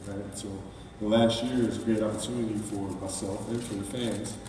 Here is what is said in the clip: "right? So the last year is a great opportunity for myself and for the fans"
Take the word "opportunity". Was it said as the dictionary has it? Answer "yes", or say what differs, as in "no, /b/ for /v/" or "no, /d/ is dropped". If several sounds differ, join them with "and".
no, /n/ is dropped